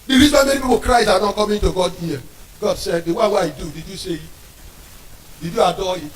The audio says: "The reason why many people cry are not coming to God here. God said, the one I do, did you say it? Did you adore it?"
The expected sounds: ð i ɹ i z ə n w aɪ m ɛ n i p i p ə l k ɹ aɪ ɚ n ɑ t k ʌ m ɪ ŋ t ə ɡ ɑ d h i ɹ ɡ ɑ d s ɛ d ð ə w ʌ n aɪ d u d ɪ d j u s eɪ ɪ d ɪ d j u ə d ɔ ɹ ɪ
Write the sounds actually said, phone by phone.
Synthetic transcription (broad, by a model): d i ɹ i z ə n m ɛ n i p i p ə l k ɹ aɪ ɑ n ɑ t k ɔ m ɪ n t ə ɡ ɑ d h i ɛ ɡ ɑ d s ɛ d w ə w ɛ aɪ d u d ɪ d j u s eɪ ɪ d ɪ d j u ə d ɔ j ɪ